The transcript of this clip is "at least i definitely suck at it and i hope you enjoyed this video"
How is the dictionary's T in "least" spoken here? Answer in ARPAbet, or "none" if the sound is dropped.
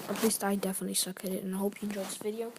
T